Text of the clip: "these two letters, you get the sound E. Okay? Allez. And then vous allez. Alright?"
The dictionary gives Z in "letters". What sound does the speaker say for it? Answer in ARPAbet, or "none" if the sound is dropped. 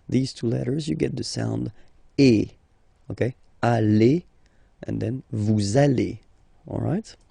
Z